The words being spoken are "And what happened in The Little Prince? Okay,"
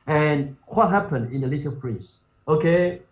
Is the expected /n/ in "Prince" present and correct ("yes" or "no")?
no